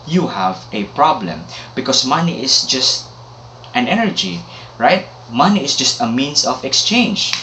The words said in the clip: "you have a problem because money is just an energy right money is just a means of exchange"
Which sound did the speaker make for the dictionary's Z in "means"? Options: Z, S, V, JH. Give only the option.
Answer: S